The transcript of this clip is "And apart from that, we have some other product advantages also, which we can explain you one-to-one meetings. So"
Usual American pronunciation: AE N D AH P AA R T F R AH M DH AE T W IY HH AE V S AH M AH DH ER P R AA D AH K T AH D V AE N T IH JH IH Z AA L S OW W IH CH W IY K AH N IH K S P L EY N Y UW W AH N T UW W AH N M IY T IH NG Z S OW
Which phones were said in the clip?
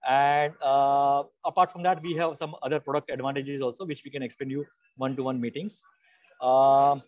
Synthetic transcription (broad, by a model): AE N D AH P AA R T F R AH M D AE T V IY HH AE V S AH M AH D ER P R AA D AH K T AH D V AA N T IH JH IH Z AA L S OW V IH CH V IY K AH N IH K S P EY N Y UW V AH N T UW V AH N M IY T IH NG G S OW